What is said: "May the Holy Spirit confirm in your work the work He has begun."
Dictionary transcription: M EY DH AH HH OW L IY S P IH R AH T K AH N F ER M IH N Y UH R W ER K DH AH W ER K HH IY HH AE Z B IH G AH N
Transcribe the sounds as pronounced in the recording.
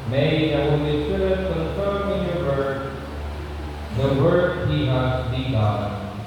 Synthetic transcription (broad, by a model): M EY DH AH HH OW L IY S IH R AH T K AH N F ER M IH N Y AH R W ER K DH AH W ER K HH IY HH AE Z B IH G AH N